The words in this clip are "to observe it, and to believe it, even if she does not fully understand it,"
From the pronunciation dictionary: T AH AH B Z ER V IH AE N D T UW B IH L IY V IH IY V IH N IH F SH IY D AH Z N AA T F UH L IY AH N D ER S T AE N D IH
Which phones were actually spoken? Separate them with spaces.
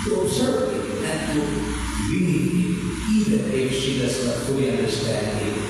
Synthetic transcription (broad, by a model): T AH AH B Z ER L IH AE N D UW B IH N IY IH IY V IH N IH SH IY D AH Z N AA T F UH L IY AH N D ER S T AE N D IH